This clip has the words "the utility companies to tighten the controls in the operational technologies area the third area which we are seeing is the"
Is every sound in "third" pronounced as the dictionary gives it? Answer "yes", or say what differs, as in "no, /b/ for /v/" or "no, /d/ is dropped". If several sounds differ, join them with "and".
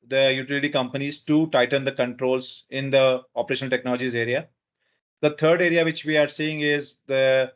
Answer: no, /t/ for /θ/